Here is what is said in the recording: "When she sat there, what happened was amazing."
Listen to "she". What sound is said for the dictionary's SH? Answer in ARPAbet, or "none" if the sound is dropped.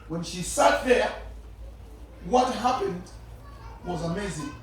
SH